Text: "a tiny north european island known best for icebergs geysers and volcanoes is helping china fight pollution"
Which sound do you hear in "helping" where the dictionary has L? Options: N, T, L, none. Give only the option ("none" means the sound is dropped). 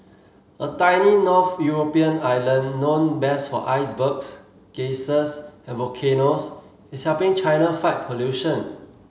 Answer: none